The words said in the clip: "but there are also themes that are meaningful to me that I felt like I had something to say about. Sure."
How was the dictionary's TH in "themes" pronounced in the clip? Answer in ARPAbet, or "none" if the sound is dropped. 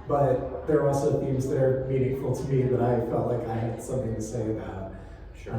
TH